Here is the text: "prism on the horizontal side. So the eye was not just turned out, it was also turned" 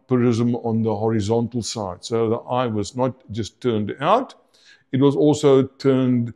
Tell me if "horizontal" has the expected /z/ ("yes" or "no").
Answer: yes